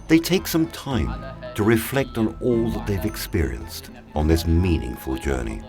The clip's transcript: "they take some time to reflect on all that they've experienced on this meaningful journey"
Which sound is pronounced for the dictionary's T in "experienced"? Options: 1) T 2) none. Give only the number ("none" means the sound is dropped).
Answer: 1